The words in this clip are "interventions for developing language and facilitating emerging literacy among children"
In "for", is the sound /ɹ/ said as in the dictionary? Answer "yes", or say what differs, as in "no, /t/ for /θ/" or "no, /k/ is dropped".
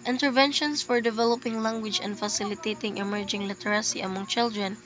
yes